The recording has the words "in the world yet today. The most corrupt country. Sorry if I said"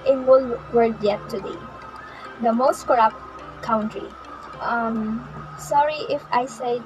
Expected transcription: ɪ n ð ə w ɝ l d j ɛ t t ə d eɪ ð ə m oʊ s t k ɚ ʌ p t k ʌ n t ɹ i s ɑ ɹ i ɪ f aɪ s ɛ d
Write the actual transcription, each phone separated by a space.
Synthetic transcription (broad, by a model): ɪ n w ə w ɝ d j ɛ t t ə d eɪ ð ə m oʊ s t k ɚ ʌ p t k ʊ n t ɹ i s ɑ ɹ i ɪ f aɪ s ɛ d